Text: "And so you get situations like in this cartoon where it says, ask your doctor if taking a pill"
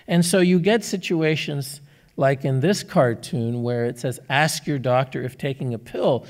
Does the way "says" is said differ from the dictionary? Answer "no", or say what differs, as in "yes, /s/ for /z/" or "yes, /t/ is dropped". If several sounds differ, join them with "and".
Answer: no